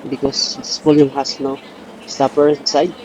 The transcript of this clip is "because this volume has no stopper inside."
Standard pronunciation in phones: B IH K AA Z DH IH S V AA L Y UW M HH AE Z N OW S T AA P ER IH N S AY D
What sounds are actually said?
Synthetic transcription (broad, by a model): B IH K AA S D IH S P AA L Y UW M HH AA S N OW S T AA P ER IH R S AY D